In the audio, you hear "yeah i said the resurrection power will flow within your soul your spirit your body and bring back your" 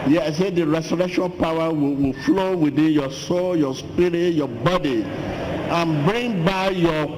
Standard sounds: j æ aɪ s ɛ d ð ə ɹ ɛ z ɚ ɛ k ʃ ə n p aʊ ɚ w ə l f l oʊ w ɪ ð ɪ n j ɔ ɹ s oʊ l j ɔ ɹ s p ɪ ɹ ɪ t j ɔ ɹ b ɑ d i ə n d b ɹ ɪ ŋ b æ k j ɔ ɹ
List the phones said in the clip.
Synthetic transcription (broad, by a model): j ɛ aɪ s ɛ d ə ɹ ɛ s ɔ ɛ k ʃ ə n p aʊ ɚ w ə w f l oʊ w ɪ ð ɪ n j ɔ s oʊ l j ɔ s p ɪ ɹ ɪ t j ɔ b ɑ d i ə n b ɹ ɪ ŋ b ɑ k j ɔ